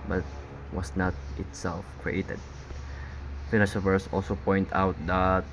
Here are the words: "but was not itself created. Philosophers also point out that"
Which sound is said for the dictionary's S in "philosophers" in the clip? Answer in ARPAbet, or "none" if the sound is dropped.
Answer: SH